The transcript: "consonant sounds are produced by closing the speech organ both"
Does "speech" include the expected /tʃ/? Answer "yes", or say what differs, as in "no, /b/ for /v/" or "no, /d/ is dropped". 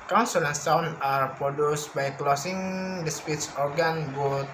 no, /s/ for /tʃ/